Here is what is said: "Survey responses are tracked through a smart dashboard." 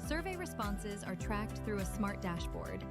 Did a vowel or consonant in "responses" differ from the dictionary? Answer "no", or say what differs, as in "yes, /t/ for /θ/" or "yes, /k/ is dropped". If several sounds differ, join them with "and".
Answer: no